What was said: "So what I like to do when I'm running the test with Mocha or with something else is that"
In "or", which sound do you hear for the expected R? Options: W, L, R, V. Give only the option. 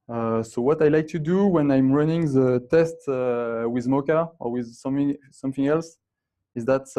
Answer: R